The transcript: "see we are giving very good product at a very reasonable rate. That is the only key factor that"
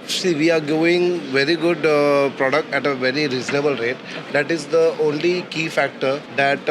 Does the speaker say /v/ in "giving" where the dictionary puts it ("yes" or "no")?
no